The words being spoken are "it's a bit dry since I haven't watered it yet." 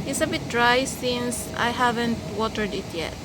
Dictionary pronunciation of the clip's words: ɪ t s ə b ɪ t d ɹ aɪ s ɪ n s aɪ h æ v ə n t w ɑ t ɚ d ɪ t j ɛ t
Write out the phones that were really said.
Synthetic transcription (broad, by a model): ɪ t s ə b ɪ t d ɹ aɪ s ɪ n s aɪ h æ v ə n t w ɑ t ɚ d ɪ t j ɛ t